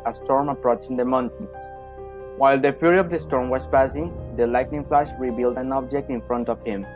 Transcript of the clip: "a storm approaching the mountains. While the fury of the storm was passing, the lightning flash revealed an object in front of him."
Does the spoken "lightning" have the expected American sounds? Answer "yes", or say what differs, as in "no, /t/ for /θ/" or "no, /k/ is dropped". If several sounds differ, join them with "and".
yes